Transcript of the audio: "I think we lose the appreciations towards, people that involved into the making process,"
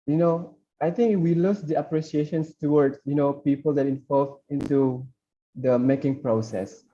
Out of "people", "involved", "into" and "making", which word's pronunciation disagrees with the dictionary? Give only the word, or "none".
involved